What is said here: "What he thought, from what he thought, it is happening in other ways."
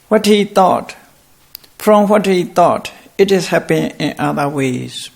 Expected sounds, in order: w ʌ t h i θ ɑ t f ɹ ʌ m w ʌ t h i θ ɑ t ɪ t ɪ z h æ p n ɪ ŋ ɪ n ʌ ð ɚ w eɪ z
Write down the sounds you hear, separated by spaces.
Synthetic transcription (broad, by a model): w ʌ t h i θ ɑ t f ɹ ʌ m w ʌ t h i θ ɑ t ɪ t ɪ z h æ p ɪ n ɪ n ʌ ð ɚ w eɪ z